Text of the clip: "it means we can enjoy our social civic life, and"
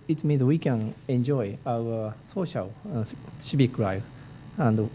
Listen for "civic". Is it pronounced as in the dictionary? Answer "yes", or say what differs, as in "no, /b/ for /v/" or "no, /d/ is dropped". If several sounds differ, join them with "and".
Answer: no, /ʃ/ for /s/ and /b/ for /v/